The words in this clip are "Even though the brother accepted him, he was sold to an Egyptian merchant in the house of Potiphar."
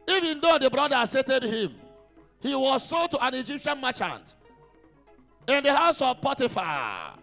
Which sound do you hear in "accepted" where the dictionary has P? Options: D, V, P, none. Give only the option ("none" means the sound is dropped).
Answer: none